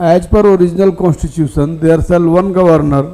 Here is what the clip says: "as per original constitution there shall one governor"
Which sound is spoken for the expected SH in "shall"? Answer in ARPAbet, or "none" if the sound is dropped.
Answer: S